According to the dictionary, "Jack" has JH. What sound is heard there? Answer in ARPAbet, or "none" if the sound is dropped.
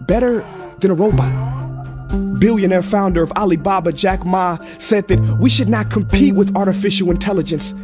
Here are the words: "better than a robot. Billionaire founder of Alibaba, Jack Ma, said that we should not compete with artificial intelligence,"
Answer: JH